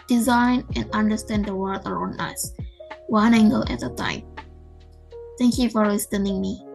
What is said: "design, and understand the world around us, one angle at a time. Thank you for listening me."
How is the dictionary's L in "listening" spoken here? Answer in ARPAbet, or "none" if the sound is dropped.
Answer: W